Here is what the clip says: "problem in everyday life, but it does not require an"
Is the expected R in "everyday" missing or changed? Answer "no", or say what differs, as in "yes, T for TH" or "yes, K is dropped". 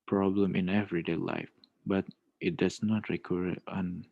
no